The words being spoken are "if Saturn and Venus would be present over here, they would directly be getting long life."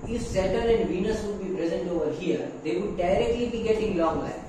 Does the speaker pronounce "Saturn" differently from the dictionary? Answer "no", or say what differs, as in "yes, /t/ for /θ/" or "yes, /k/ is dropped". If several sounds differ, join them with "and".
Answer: yes, /n/ is dropped